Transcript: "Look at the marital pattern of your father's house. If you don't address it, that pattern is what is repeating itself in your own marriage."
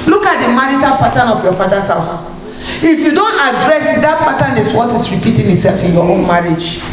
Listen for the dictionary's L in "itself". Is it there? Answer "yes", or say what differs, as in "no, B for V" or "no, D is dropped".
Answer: yes